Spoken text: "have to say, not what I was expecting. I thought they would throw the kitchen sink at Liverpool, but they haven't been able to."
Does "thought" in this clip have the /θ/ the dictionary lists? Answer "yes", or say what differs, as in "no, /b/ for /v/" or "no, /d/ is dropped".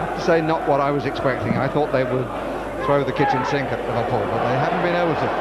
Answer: yes